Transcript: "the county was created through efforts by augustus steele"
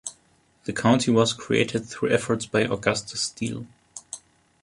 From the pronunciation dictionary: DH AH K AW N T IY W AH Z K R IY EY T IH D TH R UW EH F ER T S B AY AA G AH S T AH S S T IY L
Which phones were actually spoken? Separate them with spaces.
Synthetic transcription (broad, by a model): DH AH K AW N T IY W AH Z K R IY EY T IH D TH R UW EH F ER T S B AY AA G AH S T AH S S T IY L